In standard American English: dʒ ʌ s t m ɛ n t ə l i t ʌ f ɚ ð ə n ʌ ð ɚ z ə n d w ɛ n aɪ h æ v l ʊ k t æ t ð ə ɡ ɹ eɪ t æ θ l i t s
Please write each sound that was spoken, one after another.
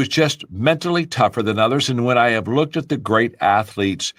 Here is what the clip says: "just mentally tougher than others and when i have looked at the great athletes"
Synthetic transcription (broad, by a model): dʒ ʌ s t m ɛ n t l i t ʌ f ɚ ð ə n ʌ ð ɚ z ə n w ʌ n aɪ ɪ v l ʊ k t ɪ t ð ə ɡ ɹ eɪ t æ θ l i t s